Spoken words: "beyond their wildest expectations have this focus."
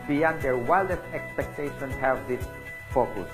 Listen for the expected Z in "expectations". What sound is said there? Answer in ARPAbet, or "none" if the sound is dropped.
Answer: none